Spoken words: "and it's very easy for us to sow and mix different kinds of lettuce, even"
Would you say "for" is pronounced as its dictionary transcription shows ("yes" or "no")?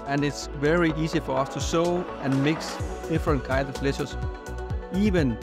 yes